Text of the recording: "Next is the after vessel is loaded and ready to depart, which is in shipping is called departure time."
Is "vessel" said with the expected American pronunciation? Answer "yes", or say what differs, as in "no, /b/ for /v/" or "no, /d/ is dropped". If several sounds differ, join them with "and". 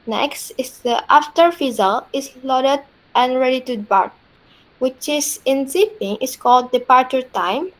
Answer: no, /f/ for /v/